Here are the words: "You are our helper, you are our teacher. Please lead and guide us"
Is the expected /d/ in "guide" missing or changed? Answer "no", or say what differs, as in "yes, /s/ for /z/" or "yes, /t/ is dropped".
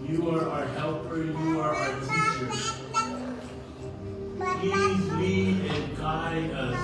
yes, /d/ is dropped